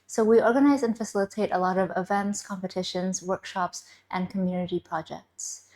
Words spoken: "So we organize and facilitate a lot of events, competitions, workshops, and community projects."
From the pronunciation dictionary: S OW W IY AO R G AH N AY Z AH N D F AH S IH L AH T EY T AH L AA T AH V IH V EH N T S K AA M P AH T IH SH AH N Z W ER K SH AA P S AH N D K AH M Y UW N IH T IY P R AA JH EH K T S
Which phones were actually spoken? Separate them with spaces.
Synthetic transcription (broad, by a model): S OW W IY AO R G AH N AY Z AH N F AH S IH L AH T EY T AH L AA T AH V IH V EH N T S K AA M P AH T IH SH AH N Z W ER K SH AA P S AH N K AH M Y UW N IH T IY P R AA JH EH K T S